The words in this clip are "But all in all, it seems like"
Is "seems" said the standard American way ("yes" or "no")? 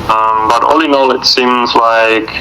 yes